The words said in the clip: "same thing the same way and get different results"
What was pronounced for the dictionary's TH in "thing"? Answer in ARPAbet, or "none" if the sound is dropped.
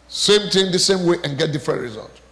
T